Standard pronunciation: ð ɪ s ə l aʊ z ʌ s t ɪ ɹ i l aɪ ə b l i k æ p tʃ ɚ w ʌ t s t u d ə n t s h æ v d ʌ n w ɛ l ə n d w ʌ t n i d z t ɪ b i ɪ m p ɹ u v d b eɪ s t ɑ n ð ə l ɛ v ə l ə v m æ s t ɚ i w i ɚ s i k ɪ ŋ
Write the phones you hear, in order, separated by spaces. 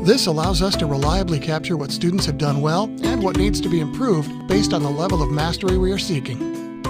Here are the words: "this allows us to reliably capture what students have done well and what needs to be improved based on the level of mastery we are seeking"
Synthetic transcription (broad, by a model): ð ɪ s ə l aʊ z ʌ s t ɪ ɹ i l aɪ ə b l i k æ p tʃ ɚ w ʌ t s t u d n t s h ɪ v d ʌ n w ɛ l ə n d w ʌ t n i d z t ɪ b i ɪ m p ɹ u v d b eɪ s t n ð ə l ɛ v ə l ə v m æ s t ɚ i w i ɚ s i k ɪ ŋ